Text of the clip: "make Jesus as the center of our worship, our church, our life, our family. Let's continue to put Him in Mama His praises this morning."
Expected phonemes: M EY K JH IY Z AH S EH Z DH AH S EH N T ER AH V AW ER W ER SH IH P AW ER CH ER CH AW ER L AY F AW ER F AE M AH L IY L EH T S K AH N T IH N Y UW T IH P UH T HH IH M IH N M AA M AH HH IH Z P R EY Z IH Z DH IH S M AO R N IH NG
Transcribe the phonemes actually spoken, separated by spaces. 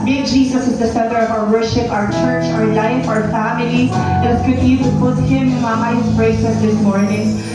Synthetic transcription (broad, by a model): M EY JH IY Z AH S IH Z DH AH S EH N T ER AH V AW ER W ER SH IH P AW ER CH ER CH AW ER L AY F AW ER F AE M AH L IY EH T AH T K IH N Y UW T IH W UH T HH IH M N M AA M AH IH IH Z B R EY S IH S DH IH S M AO R N IH NG